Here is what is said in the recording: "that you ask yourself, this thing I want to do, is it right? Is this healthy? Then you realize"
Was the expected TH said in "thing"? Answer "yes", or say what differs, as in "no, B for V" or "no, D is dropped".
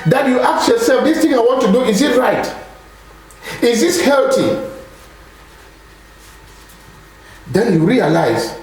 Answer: no, T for TH